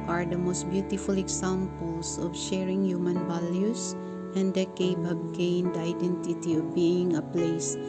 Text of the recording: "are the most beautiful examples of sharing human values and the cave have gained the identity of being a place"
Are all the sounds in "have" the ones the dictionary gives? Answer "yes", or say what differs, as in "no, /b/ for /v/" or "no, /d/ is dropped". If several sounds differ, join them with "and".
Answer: no, /b/ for /v/